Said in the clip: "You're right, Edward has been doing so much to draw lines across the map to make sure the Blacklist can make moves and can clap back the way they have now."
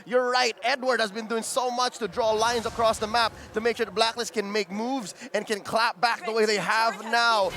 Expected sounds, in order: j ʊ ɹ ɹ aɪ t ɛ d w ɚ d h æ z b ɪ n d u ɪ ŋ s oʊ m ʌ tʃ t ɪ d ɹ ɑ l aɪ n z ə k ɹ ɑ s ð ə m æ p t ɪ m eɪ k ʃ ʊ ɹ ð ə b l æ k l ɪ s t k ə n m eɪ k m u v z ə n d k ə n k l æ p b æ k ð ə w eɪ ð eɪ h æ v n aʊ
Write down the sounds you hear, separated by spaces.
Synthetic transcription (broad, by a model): j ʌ ɹ ɹ aɪ t ɛ d w ɚ d h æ z b ɪ n d u ɪ ŋ s oʊ m ʌ tʃ t ɪ d ɹ ɑ l aɪ n z ə k ɹ ɑ s ð ə m æ p t ɪ m eɪ k ʃ ʊ ɹ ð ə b l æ k l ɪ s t k ə n m eɪ k m u v z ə n k ə n k l æ p b æ k ð ə w eɪ ð eɪ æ v n aʊ